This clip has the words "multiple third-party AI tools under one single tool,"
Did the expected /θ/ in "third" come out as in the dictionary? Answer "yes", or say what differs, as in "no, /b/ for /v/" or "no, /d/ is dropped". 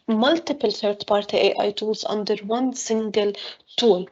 no, /t/ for /θ/